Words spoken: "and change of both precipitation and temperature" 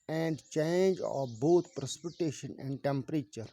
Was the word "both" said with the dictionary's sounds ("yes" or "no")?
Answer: no